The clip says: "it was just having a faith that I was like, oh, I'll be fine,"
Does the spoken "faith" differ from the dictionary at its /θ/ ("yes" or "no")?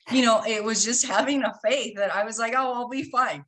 no